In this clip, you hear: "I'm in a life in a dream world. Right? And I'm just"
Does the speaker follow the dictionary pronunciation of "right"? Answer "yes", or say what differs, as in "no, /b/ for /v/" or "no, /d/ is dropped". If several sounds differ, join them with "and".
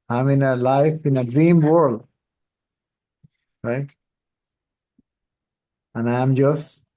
yes